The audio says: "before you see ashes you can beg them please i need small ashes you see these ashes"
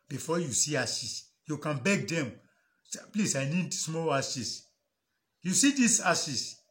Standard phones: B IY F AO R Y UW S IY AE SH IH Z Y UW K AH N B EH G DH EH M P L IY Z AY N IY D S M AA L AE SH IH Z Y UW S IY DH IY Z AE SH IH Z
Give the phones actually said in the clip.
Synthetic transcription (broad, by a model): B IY F AO Y UW S IY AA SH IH S Y UW K AH N B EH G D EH M P L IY S AY N IY D S M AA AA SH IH S Y UW S IY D IY S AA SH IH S